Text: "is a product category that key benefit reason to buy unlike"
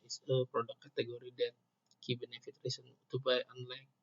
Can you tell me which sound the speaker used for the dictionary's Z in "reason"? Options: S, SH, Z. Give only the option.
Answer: S